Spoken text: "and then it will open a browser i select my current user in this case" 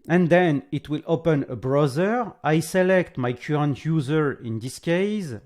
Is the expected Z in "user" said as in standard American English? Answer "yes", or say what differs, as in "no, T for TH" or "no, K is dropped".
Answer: yes